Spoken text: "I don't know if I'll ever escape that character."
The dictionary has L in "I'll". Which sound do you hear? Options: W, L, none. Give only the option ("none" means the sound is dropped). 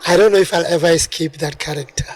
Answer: L